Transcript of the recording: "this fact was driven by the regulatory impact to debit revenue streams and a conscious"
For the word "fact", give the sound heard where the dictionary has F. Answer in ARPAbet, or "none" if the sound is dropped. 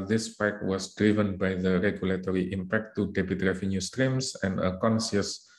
P